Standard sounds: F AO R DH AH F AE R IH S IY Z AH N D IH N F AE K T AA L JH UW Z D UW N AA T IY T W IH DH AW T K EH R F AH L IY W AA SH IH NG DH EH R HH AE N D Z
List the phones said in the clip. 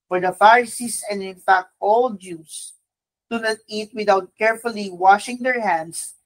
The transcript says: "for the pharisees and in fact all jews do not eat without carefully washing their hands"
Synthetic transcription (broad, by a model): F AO R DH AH F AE R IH S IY S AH N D IH N F AE K T AA L JH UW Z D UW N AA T IY T W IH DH AW T K EH R F AH L IY W AA SH IH NG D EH R HH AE N D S